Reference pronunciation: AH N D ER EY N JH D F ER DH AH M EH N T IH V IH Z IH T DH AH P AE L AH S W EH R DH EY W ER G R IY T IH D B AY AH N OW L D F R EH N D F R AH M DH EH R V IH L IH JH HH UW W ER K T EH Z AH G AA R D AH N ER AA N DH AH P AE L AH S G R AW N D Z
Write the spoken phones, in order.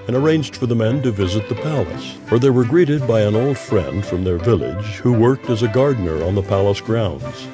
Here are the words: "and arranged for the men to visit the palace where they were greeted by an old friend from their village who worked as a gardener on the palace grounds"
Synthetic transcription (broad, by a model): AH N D ER EY N JH D F ER DH AH M EH N T IH V IH Z IH T DH AH P AE L AH S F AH R DH EY W ER G R IY T IH D B AY AH N OW L D F R EH N D F R AH M DH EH R V IH L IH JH HH UW W ER K T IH Z AH G AA R D N ER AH N DH AH P AE L AH S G R AW N D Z